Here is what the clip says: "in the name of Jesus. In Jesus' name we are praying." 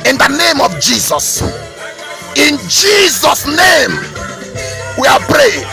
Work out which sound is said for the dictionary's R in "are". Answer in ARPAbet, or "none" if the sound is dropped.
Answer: L